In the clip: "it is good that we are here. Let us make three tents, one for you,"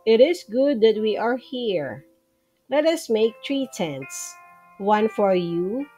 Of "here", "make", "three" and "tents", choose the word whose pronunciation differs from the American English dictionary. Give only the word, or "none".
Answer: three